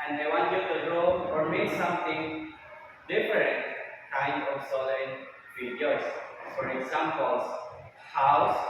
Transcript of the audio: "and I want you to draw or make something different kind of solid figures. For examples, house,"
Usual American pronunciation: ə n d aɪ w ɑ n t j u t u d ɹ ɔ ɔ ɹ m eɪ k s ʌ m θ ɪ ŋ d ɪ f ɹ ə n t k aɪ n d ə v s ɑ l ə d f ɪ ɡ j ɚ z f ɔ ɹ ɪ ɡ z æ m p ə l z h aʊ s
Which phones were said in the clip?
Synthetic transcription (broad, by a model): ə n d aɪ w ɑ n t j u t u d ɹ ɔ ɔ ɹ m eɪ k s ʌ m t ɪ ŋ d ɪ f ɹ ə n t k aɪ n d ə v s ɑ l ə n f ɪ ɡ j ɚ s f ɔ ɹ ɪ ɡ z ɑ m p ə l s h aʊ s